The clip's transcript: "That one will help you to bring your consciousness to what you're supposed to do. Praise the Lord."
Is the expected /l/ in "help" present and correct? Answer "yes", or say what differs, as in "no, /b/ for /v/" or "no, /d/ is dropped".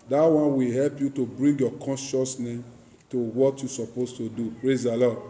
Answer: yes